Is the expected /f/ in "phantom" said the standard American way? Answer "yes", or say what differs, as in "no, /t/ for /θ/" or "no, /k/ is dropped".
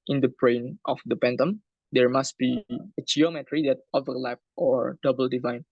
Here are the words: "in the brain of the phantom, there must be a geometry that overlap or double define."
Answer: no, /p/ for /f/